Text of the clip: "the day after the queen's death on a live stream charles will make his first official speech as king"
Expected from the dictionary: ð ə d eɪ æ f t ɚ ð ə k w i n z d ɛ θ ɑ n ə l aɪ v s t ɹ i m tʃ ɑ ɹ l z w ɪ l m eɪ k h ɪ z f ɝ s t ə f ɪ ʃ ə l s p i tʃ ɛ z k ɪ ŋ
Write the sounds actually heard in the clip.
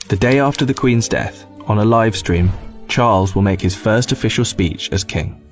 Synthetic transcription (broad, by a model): ð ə d eɪ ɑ f t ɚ ð ə k w i n z d ɛ θ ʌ n ə l aɪ v s t ɹ i m tʃ ɑ l z w ɪ l m eɪ k h ɪ z f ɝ s t ə f ɪ ʃ ə l s p i tʃ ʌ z k ɪ ŋ